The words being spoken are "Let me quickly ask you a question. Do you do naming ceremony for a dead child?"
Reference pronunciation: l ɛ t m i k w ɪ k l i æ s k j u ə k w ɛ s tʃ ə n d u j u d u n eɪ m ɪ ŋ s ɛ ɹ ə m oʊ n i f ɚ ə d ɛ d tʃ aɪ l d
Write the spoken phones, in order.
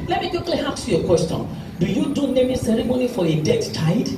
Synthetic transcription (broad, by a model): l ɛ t m i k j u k l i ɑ k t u ə k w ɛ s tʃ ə n d u j u d u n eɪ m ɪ s ɛ ɹ ə m oʊ n i f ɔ ə d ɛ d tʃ aɪ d